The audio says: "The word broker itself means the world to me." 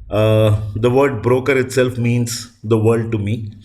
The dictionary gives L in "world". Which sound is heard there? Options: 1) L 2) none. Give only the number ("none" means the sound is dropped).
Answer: 2